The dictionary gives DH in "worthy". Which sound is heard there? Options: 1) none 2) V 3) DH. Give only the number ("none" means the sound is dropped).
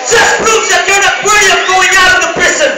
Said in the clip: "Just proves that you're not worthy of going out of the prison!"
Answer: 1